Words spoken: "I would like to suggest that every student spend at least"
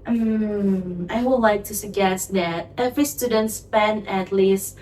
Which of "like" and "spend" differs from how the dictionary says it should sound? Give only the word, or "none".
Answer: spend